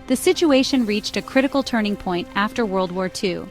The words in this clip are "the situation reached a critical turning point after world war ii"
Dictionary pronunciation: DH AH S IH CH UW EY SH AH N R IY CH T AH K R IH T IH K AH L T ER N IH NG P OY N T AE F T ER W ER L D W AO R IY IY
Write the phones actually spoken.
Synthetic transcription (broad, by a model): DH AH S IH CH UW EY SH AH N R IY CH T AH K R IH T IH K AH L T ER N IH NG P OY N T AE F T ER W ER L D W AO R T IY